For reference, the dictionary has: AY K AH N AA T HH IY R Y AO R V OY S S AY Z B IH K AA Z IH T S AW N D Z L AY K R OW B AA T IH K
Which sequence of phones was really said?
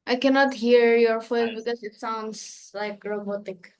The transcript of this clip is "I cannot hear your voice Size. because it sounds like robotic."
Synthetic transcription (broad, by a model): AY K AH N AA T HH IY R Y AO R F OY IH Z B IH K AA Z IH T S AW N D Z L AY K R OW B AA T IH K